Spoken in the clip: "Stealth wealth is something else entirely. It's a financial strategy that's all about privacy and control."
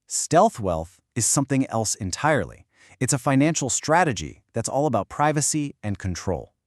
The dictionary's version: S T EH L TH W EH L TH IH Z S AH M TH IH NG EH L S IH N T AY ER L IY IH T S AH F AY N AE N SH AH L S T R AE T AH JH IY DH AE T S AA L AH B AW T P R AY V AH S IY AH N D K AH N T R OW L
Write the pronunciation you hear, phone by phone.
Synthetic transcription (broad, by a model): S T EH L TH W EH L TH IH Z S AH M TH IH NG EH L S IH N T AY ER L IY IH T S AH F AY N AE N SH L S T R AE T AH JH IY DH AE T S AA L AH B AW T P R AY V AH S IY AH N K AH N T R OW L